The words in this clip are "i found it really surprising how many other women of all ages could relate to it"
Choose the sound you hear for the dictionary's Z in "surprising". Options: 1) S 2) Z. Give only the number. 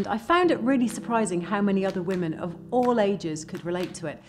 2